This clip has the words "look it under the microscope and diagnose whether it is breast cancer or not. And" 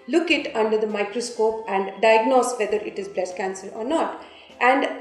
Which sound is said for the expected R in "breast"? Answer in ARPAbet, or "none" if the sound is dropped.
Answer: L